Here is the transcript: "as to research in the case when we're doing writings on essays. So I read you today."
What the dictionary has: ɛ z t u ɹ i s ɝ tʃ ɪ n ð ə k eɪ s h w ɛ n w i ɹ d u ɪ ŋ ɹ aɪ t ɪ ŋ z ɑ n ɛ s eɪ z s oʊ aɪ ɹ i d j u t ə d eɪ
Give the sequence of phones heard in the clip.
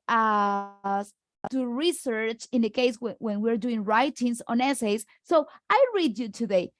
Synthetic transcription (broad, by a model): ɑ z t u ɹ i s ɝ tʃ ɪ n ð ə k eɪ s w w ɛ n w i ɹ d u ɪ ŋ ɹ aɪ t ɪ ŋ s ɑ n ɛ s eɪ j s oʊ aɪ ɹ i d j u t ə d eɪ